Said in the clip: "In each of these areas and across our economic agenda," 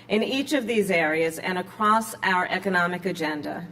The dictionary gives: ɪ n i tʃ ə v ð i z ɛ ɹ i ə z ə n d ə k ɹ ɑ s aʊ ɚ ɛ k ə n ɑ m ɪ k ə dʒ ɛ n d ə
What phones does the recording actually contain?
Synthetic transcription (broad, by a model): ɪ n i tʃ ə v ð i z ɛ ɹ i ə z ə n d ə k ɹ ɑ s aʊ ɚ ɛ k ə n ɑ m ɪ k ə dʒ ɛ n d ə